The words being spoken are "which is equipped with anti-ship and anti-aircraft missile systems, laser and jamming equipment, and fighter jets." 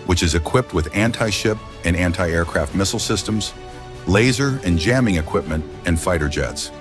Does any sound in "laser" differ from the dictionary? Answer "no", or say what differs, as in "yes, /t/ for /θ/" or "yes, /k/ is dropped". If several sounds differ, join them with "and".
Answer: no